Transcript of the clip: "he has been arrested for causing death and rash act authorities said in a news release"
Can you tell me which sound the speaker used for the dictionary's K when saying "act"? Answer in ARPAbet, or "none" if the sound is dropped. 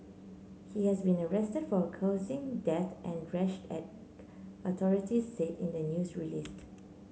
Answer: none